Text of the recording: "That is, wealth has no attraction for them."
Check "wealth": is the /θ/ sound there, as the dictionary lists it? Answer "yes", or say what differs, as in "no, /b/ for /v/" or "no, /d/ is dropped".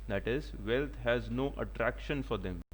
no, /t/ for /θ/